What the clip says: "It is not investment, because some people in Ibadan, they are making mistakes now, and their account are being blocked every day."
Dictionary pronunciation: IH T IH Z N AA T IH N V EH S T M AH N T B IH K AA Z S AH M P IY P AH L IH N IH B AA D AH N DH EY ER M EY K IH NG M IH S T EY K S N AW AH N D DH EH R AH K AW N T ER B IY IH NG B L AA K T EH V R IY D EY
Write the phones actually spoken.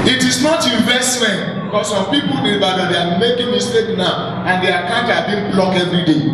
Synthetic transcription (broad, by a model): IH T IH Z N AA T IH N V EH S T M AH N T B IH K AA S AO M P IY P AH L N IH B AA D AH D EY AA M EY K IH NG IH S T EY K N AW AH N D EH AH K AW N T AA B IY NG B L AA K EH V R IY D EY